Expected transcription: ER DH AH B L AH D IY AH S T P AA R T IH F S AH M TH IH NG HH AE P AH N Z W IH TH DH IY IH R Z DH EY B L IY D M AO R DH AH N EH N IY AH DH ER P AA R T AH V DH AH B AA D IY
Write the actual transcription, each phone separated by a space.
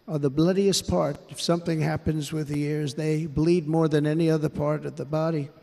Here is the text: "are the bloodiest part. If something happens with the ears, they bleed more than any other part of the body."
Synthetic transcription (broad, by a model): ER DH AH B L AH D IY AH S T P AA R T IH F S AH M TH IH NG HH AE P AH N Z W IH DH IY IH R Z DH EY B L IY D M AO R DH AH N EH N IY AH DH ER P AA R T AH V DH AH B AA D IY